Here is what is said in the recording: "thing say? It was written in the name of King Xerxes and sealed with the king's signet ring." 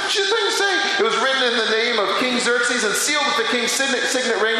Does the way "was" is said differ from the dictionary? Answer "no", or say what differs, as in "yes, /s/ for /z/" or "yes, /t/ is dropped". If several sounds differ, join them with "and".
no